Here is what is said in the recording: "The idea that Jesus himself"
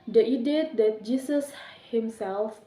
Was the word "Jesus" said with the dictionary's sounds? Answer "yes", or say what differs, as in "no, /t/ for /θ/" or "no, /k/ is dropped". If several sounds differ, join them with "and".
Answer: no, /s/ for /z/